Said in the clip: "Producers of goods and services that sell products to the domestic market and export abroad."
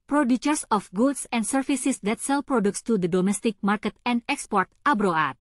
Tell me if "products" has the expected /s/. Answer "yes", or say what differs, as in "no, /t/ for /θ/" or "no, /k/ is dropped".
yes